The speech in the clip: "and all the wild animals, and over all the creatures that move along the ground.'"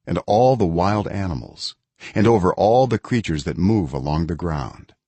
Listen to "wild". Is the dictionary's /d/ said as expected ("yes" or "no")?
yes